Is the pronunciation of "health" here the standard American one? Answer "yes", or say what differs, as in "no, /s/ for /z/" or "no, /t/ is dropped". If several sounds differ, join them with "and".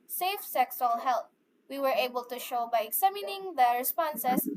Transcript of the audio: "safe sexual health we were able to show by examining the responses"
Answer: no, /t/ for /θ/